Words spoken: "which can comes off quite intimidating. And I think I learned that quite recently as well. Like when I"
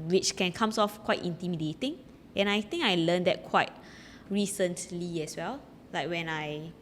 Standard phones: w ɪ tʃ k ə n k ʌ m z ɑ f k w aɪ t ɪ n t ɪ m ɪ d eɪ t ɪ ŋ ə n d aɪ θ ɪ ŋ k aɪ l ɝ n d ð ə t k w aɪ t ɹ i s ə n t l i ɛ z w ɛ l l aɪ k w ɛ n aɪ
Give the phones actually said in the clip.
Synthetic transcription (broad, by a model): w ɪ tʃ k ə n k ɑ m s ɑ f k w aɪ t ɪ n t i m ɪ d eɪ t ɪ ŋ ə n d aɪ t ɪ ŋ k aɪ l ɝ n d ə t k w aɪ t ɹ i s ə n t l i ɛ s w ɛ l l aɪ k w ɛ n aɪ